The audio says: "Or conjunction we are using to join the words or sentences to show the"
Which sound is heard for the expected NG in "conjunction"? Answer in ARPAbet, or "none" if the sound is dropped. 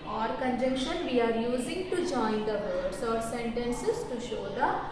none